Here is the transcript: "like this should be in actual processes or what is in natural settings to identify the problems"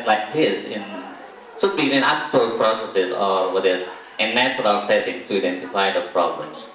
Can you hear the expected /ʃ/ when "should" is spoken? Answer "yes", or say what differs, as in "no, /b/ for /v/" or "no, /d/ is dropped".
no, /s/ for /ʃ/